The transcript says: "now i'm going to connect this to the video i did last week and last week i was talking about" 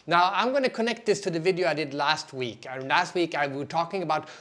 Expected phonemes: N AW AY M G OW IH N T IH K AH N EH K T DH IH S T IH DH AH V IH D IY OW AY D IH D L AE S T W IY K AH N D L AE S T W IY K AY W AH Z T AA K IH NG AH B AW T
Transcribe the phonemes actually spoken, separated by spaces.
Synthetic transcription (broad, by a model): N AW AY M G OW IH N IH K AH N EH K T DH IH S T IH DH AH V IH D IY OW AY D IH D L AE S T W IY K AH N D L AE S T W IY K AY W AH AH T AA K IH NG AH B AW T